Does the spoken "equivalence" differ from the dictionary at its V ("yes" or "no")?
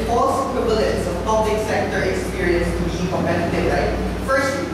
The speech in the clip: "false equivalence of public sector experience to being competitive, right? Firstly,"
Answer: yes